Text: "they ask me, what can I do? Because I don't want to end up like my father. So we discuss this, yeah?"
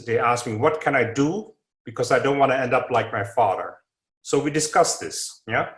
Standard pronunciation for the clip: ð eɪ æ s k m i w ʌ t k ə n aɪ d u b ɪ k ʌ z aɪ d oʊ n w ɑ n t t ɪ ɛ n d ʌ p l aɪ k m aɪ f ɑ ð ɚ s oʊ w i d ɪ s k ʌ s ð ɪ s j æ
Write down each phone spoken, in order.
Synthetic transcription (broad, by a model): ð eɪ æ s k m i w ʌ t k ə n aɪ d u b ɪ k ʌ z aɪ d oʊ n w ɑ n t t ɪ ɛ n d ʌ p l aɪ k m aɪ f ɑ ð ɚ s oʊ w i d ɪ s k ʌ s ð ɪ s j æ